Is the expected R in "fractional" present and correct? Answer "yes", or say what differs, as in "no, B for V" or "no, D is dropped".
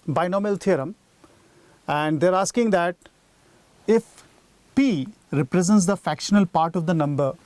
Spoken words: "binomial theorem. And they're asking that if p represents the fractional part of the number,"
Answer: no, R is dropped